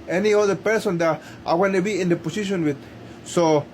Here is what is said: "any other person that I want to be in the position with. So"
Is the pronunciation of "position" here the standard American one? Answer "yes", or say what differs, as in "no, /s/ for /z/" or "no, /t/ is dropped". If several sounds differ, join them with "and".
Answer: no, /s/ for /z/